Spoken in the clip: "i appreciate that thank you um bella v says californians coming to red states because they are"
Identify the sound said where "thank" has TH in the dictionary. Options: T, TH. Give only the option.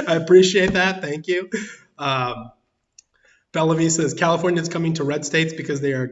TH